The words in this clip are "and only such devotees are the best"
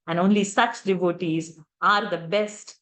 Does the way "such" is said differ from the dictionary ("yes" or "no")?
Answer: yes